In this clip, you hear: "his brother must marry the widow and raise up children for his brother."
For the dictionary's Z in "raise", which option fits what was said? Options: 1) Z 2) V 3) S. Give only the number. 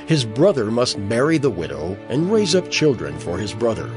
1